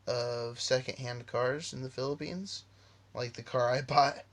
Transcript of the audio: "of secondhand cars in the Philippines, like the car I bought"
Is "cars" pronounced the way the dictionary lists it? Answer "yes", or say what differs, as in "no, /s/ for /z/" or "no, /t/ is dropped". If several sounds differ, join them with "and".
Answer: yes